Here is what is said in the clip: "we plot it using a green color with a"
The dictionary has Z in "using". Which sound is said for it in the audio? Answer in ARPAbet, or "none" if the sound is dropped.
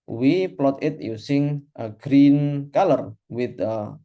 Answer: S